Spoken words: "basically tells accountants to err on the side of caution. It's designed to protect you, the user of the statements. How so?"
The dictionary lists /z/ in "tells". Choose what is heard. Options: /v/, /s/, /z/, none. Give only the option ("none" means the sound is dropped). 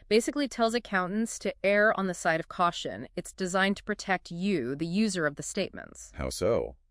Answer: /z/